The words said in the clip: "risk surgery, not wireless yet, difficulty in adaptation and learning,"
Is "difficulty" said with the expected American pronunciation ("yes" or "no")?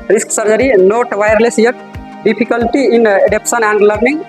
no